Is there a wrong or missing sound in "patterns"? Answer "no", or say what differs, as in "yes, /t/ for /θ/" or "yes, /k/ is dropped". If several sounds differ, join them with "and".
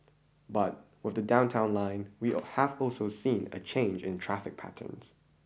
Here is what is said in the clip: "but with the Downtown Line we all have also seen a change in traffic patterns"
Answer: no